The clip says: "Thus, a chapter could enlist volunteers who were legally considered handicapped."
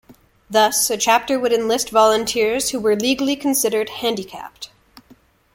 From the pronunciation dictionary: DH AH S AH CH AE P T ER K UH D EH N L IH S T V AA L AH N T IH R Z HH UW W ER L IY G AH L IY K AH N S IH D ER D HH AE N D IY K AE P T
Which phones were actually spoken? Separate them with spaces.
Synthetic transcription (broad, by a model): DH AH S AH CH AE P T ER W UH D EH N L IH S T V AA L AH N T IH R Z HH UW W ER L IY G L IY K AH N S IH D ER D HH AE N D IY K AE P T